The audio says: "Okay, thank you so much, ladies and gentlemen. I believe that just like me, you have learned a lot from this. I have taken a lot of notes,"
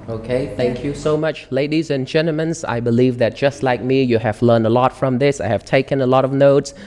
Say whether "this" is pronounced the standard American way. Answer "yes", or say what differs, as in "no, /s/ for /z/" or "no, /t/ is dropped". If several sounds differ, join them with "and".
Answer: yes